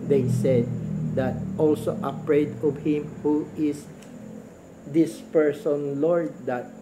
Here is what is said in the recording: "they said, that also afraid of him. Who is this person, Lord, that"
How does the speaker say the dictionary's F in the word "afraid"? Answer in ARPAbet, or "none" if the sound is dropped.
P